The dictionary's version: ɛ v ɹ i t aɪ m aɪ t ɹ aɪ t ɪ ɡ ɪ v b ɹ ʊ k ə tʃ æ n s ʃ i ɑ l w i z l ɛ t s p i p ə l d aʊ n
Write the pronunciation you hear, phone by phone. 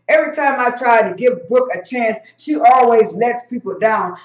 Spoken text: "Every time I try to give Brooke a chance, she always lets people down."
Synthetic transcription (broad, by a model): ɛ v ɹ i t aɪ m aɪ t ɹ aɪ t ɪ ɡ ɪ v b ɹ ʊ k ə tʃ æ n s ʃ i ɑ l w i z l ɛ t s p i p l d aʊ n